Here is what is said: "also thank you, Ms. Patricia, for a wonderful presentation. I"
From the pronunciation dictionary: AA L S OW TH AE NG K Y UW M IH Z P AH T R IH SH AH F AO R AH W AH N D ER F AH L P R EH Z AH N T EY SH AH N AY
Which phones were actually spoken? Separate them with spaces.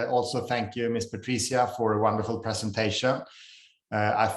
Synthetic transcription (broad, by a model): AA L S OW TH AE NG K Y UW M IH S P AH T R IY S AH F AO R AH W AH N D ER F AH L P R EH S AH N T EY SH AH N AY